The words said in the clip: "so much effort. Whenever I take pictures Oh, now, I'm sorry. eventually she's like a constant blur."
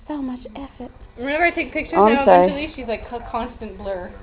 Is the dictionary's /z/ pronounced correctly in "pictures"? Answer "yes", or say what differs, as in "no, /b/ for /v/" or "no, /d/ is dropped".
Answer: no, /z/ is dropped